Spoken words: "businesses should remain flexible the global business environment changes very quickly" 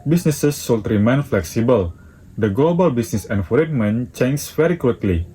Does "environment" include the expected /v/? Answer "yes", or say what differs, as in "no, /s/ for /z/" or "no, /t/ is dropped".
no, /f/ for /v/